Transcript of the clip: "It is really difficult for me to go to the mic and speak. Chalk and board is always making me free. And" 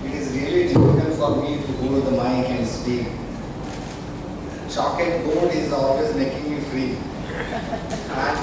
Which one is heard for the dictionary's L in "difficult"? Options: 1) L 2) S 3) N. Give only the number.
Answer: 3